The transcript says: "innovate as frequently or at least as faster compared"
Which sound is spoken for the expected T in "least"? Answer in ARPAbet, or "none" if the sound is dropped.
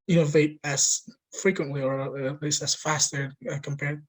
none